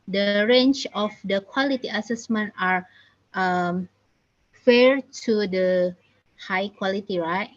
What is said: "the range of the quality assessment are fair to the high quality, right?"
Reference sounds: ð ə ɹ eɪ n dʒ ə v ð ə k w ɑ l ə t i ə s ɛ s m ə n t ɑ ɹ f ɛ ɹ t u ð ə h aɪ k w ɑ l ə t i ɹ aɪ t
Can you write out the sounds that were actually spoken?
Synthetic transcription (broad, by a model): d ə ɹ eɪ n tʃ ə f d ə k w ɑ l ə t i ə s ɛ s m ə n t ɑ ɹ f ɛ ɹ t u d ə h aɪ k w ɑ l ə t i ɹ aɪ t